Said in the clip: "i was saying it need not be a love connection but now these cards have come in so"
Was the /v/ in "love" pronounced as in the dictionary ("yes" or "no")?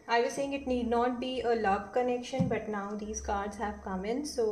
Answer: no